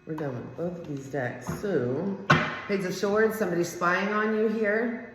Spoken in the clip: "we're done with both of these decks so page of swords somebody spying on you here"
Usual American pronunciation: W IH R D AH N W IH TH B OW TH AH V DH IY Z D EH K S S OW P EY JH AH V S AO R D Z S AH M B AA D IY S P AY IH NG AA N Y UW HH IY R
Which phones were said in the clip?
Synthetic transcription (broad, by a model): W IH R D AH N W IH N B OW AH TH DH IY Z D EH K S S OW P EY Z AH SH AO R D S AH M B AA D IY S P AY IH NG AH N Y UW HH IY R